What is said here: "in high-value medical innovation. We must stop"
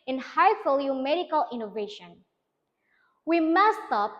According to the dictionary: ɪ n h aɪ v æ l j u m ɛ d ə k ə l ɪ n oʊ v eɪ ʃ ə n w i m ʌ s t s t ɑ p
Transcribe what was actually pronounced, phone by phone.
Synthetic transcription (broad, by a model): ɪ n h aɪ f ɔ l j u m ɛ d ə k ə l ɪ n oʊ v eɪ ʃ ə n w i m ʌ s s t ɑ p